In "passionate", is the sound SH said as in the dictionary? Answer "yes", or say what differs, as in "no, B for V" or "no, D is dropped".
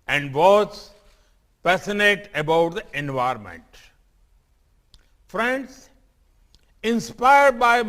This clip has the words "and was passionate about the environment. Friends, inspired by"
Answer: no, S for SH